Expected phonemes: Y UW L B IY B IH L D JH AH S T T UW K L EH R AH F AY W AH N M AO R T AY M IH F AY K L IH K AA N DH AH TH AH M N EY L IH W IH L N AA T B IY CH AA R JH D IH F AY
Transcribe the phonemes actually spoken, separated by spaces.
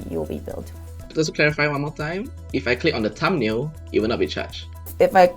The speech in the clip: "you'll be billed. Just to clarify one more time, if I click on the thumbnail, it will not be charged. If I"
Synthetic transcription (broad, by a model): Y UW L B IY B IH L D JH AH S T T UW K L EH R AH F AY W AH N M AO L T AY M IH F AY K L IH K AA N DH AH T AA M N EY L IH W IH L N AA T B IY CH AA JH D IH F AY